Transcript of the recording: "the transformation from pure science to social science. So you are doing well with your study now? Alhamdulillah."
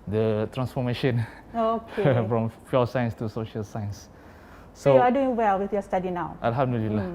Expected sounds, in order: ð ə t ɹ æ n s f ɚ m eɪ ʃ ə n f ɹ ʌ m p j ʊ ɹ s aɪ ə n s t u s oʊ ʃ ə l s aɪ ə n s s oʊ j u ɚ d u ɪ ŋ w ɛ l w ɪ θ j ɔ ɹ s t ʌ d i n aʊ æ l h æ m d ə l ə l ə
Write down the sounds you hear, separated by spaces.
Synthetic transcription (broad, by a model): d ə t ɹ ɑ n s f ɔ m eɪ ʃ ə n f ɹ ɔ m f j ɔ s aɪ ə n s t u s oʊ ʃ ə l s aɪ ə n s s oʊ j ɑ d u ɪ ŋ w ɛ l w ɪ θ j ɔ s t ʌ d i n aʊ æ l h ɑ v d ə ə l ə